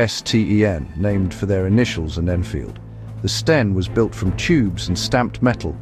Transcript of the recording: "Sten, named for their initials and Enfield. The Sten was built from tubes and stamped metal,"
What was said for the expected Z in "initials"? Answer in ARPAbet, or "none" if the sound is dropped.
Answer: Z